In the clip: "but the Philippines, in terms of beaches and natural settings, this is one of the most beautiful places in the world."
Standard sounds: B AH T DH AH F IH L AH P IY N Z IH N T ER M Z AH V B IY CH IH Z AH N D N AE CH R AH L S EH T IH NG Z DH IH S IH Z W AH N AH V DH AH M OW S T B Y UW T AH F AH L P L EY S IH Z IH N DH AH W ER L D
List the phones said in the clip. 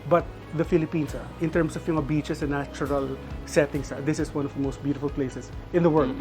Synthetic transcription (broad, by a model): B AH T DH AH F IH L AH P IY N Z IH N T ER M S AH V B IY CH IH S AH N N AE CH R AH L S EH T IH NG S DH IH S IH S W AH N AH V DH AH M OW S T B Y UW T AH F AH L P L EY S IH S IH N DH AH W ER L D